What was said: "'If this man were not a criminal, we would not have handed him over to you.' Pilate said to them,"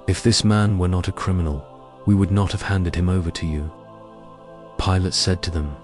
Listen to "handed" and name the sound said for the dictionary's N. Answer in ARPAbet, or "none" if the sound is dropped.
N